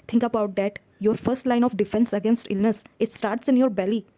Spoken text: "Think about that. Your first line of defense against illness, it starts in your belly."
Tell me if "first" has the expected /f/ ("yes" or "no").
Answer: yes